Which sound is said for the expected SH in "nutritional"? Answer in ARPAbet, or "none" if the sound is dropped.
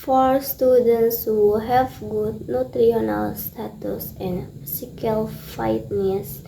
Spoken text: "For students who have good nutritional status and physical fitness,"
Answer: none